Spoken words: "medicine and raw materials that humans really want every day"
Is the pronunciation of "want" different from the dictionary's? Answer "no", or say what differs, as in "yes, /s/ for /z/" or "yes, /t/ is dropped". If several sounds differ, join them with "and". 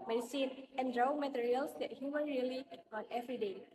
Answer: yes, /t/ is dropped